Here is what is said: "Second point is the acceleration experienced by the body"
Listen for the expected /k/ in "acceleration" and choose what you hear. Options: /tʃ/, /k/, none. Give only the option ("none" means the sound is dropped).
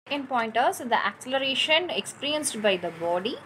/k/